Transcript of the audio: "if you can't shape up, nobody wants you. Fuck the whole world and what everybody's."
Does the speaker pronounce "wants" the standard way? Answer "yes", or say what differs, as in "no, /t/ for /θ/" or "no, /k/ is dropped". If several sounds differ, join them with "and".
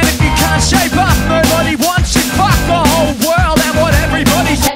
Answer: yes